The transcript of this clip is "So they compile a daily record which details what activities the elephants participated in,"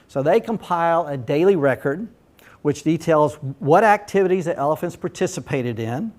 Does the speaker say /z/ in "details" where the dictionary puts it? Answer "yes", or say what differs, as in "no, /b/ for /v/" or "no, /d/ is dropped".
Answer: yes